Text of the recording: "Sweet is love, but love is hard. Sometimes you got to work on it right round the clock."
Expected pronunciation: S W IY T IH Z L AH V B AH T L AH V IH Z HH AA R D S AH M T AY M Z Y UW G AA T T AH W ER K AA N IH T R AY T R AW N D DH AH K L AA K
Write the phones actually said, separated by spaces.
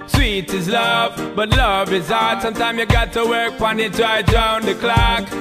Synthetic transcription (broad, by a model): S W IY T IH Z L AH V B AH T L AH V IH Z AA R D S AH M T AY M Y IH G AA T T AH W ER K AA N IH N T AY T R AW N DH AH K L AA K